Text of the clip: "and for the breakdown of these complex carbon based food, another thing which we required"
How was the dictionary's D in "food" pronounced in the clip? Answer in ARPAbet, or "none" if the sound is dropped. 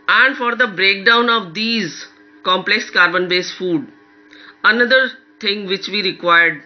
D